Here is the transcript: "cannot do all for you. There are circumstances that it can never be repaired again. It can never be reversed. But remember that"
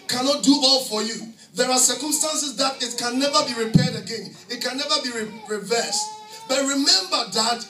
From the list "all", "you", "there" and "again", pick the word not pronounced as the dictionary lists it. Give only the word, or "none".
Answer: none